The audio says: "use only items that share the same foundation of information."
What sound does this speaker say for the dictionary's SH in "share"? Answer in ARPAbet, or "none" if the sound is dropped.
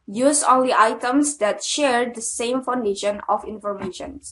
SH